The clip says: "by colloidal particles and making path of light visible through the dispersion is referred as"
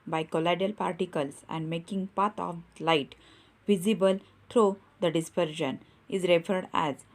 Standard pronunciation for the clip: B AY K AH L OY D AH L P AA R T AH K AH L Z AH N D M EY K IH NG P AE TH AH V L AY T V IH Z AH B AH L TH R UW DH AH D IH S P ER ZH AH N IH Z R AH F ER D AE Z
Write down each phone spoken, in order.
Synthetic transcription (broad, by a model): B AY K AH L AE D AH L P AA R T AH K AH L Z AH N D M EY K IH NG P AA T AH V L AY T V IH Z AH B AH L T R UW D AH D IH S P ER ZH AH N IH Z R AH F ER D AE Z